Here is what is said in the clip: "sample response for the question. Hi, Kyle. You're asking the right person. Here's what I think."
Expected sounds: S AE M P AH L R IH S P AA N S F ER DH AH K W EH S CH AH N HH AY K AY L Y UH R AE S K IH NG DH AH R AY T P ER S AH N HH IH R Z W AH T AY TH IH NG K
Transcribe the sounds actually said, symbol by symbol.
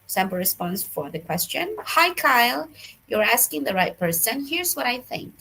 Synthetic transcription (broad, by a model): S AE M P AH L R IH S P AA N S F ER DH AH K W EH S CH AH N HH AY K AY L Y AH R AE S K IH NG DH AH R AY T P ER S AH N HH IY R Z W AH T AY TH IH NG K